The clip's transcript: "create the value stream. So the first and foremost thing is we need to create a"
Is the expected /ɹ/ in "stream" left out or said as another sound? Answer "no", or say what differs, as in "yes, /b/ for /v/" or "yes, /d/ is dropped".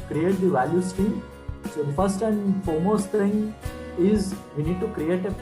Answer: yes, /ɹ/ is dropped